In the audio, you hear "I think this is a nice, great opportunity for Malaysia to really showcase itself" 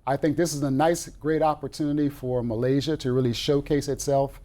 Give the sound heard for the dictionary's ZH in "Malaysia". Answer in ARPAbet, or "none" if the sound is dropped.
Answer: ZH